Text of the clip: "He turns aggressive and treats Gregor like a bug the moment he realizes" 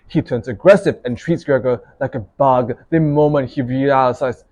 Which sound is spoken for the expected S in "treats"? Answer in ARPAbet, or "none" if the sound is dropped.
S